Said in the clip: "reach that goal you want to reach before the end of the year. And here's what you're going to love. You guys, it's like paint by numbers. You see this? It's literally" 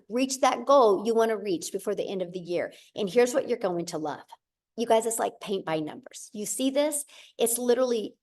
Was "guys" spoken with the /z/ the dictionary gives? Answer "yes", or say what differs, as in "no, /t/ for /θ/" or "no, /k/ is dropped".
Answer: yes